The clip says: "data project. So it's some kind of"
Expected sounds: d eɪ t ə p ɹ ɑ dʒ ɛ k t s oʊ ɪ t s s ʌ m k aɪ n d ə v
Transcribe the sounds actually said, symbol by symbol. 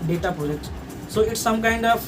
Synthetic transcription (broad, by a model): d eɪ t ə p ɑ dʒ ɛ t s oʊ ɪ t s s ʌ m k aɪ n d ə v